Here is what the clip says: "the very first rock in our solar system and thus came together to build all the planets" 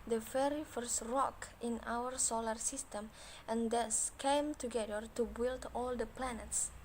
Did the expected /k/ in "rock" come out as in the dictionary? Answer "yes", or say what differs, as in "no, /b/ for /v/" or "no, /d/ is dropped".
yes